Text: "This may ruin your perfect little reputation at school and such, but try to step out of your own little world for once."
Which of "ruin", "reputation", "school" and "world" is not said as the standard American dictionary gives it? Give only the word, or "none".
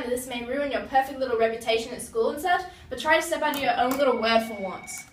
world